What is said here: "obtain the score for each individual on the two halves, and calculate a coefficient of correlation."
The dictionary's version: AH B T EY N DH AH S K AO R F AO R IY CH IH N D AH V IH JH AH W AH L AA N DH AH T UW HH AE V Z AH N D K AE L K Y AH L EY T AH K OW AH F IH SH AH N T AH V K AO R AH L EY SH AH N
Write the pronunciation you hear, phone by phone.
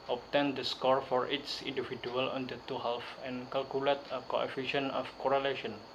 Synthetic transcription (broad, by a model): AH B T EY N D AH S K AO R F AO R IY S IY N D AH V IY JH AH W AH L AA N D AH T UW HH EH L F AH N K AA L K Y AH L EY T AH K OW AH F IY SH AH N AH F K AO R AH L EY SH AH N